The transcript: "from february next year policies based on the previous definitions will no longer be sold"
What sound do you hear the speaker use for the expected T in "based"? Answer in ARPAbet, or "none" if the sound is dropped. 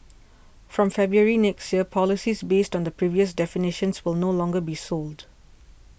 T